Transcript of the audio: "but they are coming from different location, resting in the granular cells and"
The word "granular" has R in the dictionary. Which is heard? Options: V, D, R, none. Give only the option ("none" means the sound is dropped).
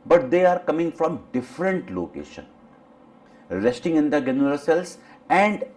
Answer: none